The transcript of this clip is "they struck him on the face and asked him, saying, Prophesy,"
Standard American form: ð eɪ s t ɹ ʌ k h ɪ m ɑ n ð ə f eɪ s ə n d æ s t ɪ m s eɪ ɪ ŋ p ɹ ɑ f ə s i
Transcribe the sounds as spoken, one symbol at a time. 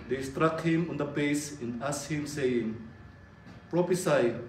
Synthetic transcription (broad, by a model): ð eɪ s t ɹ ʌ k h ɪ m ɑ n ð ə p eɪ s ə n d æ s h ɪ m s eɪ ɪ ŋ p ɹ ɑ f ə s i